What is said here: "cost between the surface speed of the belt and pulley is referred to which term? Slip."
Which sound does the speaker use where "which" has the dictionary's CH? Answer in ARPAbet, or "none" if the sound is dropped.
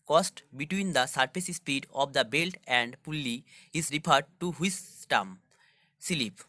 S